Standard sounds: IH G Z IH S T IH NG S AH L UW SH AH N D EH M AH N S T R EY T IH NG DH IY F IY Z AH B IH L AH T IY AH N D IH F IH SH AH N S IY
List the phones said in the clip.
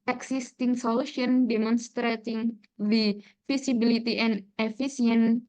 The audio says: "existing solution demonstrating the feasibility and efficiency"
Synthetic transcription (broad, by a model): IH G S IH S T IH NG S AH L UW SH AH N D EH M AH N S T R EY T IH NG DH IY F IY S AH B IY L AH T IY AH N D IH F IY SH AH N